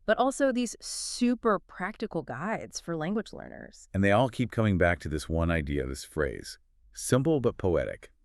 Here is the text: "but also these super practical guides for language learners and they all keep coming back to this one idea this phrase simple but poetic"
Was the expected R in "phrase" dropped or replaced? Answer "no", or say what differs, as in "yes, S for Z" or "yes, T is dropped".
no